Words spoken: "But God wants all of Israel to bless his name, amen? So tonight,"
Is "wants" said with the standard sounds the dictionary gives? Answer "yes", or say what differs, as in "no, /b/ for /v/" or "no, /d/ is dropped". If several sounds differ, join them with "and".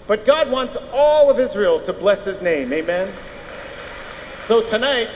yes